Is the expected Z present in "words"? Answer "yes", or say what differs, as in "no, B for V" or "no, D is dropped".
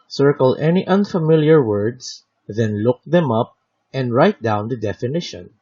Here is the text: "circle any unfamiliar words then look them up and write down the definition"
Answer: no, S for Z